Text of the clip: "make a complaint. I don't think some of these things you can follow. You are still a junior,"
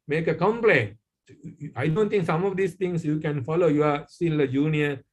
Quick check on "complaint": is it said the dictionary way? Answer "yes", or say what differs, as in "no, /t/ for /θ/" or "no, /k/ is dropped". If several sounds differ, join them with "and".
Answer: no, /t/ is dropped